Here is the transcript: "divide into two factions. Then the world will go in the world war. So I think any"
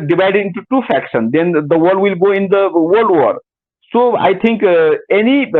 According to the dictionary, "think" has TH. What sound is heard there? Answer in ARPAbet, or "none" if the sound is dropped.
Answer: T